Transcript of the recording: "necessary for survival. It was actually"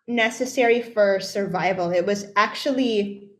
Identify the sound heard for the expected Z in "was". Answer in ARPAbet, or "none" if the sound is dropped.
Z